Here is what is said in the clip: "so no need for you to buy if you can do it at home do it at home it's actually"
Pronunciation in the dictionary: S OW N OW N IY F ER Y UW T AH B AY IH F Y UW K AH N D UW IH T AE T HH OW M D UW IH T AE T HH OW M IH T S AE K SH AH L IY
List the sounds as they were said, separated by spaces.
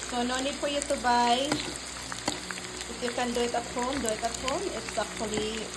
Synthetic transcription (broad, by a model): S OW N OW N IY P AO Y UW T AH B AY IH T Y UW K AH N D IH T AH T HH OW M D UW IH T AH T HH OW M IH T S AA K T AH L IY